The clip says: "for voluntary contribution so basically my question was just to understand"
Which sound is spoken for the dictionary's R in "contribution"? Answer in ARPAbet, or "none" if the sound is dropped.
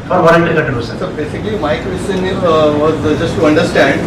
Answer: none